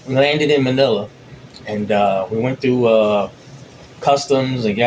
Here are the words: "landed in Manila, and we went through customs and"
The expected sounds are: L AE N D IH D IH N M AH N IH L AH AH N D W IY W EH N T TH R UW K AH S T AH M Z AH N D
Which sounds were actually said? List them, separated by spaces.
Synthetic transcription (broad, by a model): L AE N D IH D IH N M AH N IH L AH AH N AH W IY W EH N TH R UW K AH S T AH M Z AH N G